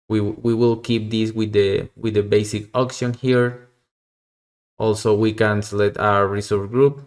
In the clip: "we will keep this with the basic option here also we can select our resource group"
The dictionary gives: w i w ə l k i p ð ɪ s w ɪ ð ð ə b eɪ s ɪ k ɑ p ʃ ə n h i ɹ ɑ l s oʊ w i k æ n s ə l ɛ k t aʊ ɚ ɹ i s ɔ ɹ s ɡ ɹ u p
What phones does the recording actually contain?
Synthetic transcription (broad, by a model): w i w ə l k i p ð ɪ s w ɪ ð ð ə b eɪ s ɪ k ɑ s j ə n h i ɹ ɑ l s oʊ w i k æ n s l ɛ t aʊ ɚ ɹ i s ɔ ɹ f ɡ ɹ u p